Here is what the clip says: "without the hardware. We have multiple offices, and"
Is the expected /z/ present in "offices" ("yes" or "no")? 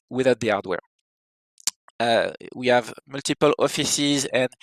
yes